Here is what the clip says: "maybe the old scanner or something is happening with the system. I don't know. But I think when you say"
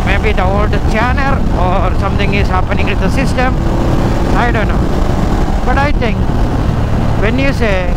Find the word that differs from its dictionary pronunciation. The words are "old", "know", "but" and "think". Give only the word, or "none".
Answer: think